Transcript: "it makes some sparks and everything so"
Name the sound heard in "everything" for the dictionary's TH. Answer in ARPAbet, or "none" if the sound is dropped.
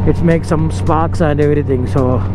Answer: T